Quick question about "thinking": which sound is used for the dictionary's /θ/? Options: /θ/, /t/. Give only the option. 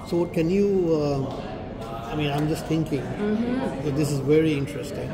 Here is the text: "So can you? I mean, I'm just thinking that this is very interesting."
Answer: /t/